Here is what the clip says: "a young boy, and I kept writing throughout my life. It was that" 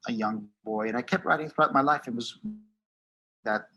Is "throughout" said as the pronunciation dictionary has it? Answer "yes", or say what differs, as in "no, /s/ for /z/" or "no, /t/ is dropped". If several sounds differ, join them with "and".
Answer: yes